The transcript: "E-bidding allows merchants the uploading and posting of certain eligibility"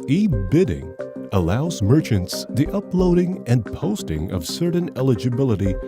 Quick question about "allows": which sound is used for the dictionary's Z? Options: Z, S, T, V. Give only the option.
Z